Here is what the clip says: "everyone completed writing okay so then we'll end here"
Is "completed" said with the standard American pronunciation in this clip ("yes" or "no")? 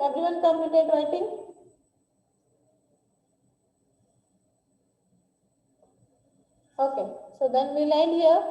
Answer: no